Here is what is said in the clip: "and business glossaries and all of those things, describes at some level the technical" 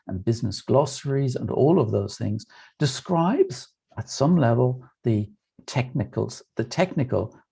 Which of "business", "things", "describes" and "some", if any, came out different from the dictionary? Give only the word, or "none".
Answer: none